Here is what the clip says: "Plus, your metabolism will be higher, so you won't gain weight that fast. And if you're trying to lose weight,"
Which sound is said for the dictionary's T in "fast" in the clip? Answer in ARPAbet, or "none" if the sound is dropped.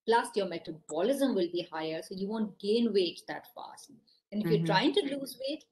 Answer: none